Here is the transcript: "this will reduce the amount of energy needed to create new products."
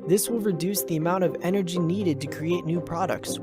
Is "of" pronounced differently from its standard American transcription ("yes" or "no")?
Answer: no